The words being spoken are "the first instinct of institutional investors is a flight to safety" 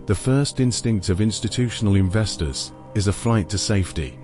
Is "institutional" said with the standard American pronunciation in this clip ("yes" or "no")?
yes